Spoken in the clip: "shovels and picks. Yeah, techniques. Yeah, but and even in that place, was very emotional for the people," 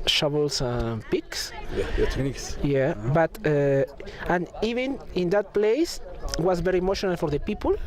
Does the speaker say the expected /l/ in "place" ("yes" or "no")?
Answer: yes